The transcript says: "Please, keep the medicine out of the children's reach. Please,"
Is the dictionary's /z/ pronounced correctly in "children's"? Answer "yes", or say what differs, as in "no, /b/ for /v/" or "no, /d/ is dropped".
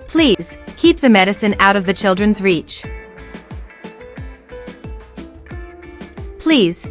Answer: yes